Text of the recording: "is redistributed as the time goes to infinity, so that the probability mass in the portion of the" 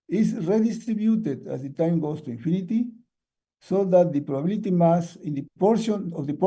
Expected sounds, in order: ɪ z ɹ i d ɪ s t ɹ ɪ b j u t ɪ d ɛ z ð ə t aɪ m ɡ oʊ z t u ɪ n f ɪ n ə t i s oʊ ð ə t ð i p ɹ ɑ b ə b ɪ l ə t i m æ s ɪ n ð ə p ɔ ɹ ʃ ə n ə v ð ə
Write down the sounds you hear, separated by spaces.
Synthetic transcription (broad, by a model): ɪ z ɹ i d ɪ s t ɹ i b j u t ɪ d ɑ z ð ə t aɪ m ɡ oʊ s t u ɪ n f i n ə t i s oʊ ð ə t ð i p ɹ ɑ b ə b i l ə t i m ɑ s ɪ n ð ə p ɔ ɹ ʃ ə n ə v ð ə